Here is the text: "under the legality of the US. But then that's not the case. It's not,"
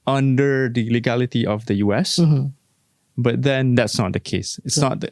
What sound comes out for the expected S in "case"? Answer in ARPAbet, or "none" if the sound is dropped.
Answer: S